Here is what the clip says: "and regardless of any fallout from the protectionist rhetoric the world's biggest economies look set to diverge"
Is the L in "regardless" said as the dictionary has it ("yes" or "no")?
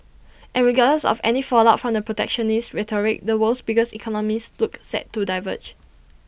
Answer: no